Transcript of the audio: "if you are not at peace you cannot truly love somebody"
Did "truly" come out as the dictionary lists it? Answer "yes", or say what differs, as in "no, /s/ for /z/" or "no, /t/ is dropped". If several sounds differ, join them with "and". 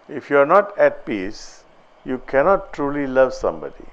yes